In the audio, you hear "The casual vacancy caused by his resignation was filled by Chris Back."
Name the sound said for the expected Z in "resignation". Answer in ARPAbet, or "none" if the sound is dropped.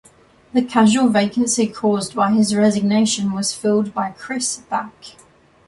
Z